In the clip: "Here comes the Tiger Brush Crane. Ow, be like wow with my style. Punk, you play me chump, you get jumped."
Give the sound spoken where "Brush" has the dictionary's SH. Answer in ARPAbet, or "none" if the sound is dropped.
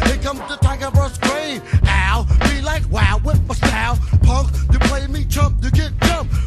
S